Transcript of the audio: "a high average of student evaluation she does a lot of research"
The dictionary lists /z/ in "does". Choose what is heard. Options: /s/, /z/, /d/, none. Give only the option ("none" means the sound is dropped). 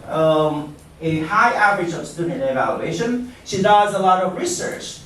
/z/